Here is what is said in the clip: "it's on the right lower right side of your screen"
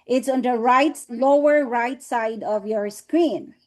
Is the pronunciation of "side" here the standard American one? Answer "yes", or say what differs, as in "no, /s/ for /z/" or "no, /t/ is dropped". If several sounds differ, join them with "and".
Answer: yes